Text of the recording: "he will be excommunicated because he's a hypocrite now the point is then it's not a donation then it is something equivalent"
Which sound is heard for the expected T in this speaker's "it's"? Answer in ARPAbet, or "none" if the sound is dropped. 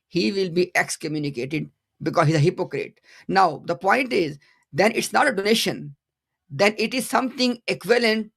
T